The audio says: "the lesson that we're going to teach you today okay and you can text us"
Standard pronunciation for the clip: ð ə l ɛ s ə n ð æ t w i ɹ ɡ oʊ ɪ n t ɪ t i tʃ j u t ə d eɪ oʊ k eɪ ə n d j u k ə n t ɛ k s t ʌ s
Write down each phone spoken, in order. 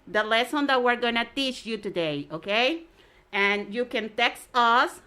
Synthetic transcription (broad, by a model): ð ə l ɛ s ə n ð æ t w i ɹ ɡ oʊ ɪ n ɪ t i tʃ j u t ə d eɪ oʊ k eɪ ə n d j u k ə n t ɛ k s t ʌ s